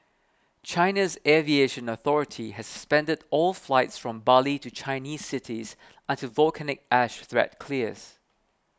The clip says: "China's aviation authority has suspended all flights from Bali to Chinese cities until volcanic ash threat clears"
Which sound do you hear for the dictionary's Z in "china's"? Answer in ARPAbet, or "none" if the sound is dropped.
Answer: Z